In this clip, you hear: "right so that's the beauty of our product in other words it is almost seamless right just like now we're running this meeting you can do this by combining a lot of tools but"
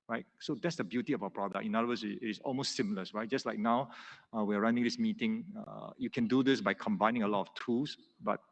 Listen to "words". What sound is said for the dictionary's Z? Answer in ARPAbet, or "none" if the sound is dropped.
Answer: S